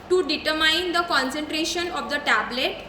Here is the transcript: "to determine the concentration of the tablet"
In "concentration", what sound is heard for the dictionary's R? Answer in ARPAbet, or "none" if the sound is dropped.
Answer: R